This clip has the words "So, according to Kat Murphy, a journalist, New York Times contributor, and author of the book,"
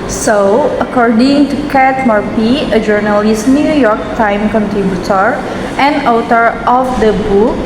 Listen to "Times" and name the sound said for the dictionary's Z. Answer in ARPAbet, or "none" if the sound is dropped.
none